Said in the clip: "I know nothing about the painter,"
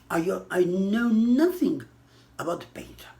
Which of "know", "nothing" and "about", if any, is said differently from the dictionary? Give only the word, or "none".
none